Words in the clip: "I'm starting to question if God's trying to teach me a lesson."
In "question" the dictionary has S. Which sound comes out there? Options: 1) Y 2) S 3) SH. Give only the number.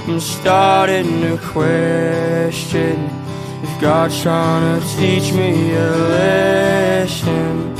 2